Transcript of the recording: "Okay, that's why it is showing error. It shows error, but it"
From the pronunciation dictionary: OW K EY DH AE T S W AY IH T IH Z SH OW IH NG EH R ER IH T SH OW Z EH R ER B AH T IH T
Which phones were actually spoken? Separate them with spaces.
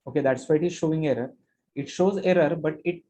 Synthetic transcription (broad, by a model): OW K EY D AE T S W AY IH T IH Z SH OW IH NG EH R ER IH T SH OW Z EH R ER B AH T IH T